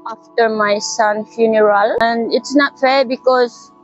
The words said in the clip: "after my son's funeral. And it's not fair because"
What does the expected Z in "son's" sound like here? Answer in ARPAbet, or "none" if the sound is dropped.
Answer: none